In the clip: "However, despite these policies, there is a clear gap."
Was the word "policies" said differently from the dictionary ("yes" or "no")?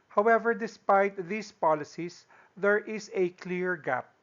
yes